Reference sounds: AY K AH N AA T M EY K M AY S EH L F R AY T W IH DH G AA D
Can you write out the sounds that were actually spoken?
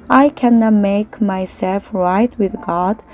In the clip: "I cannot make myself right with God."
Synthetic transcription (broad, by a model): AY K AH N AA T M EY K M AY S EH L F R AY T W IH DH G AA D